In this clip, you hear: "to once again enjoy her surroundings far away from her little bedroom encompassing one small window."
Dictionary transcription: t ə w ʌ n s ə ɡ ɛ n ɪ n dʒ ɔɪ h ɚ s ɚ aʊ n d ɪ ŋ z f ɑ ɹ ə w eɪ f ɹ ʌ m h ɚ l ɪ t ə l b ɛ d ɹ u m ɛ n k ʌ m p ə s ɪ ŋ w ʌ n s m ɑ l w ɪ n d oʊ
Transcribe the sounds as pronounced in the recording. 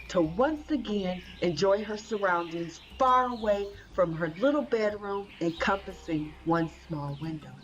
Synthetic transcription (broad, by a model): t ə w ʌ n s ə ɡ ɛ n ɪ n dʒ ɔɪ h ɚ s ɚ aʊ n d ɪ ŋ z f ɑ ɹ ə w eɪ f ɹ ʌ m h ɚ l ɪ t l b ɛ d ɹ u m ɛ n k ʌ m p ə s ɪ ŋ w ʌ n s m ɑ l w ɪ n d oʊ